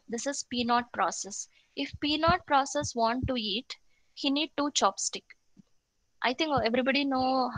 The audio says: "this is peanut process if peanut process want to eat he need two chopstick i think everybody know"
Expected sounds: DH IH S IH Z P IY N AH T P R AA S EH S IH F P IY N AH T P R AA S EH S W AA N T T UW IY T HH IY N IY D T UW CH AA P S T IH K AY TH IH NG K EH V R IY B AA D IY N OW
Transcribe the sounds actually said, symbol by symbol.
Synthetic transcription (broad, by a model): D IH S IH Z P IY N AH T P R AA S EH S IH F P IY N AH T P R AA S EH S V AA N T T UW IY T HH IY N IY D T UW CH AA P S T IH K AY T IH NG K EH V R IY B AA D IY N OW